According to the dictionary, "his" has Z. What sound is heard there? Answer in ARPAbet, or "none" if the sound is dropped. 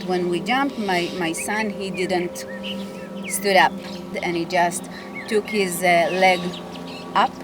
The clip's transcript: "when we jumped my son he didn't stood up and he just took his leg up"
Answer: Z